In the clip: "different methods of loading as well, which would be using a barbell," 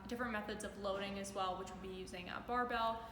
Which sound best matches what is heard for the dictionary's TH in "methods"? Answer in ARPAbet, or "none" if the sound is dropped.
TH